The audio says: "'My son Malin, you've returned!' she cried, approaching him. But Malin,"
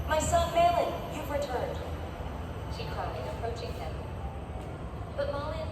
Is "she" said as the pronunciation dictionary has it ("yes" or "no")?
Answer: yes